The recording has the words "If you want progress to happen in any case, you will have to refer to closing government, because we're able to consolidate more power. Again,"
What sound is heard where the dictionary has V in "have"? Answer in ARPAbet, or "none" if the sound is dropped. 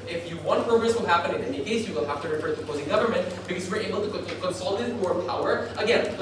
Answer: F